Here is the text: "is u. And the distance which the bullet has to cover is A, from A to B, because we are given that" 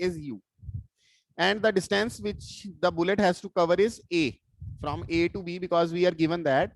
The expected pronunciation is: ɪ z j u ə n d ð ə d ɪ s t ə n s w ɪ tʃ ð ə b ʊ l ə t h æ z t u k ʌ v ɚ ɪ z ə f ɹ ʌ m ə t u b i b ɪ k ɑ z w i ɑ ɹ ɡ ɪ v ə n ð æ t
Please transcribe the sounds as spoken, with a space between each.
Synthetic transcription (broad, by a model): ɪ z j u ə n d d ə d ɪ s t ə n s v ɪ tʃ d ə b ʊ l ə t h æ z t u k ʌ v ɚ ɪ z ə f ɹ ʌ m ə t u b i b ɪ k ɑ z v i ɑ ɹ ɡ ɪ v ə n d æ t